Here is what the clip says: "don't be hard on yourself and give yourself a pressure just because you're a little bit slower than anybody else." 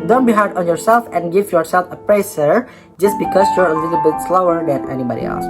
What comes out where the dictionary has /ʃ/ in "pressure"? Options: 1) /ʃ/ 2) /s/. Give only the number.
2